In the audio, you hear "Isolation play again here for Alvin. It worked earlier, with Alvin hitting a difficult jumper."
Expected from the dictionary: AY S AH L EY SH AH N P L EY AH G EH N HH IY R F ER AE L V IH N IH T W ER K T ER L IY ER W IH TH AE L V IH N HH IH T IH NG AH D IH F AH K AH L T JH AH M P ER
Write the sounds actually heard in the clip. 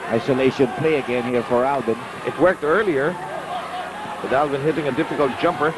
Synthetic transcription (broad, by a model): AY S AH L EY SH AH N P L EY AH G EH N HH IY R F ER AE L B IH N IH T W ER K T ER L IY ER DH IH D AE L B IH N HH IH T IH NG AH D IH F AH K AH L T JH AH M P ER